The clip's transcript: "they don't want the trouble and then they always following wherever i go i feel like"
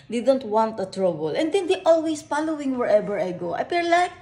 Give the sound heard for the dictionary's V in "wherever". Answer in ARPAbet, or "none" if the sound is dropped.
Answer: B